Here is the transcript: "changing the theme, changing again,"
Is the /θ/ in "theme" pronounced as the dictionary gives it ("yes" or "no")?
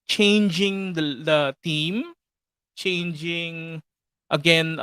no